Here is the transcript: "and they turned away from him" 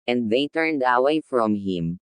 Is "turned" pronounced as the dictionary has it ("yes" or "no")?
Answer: yes